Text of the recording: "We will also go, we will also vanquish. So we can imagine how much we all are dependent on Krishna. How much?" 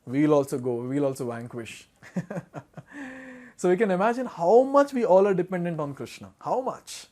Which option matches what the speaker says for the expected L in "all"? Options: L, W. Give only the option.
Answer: L